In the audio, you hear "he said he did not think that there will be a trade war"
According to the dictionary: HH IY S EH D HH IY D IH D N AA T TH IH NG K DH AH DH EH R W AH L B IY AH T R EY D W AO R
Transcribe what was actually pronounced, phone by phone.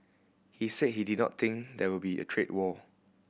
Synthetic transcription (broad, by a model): HH IY S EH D HH IY D IH D N AA T T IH NG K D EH W AH L B IY AH T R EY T W AO